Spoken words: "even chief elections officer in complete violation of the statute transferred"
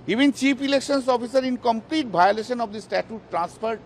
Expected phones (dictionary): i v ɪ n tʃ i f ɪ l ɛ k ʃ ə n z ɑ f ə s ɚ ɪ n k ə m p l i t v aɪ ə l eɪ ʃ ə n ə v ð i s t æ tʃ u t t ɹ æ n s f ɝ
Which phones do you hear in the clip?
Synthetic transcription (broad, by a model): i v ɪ n tʃ i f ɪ l ɛ k ʃ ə n s ɑ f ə s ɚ ɪ n k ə m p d i t b aɪ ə l eɪ ʃ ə n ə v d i s t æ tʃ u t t ɹ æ n s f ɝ